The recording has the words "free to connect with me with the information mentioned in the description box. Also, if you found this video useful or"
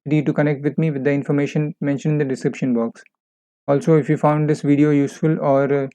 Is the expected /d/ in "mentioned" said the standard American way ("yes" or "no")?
no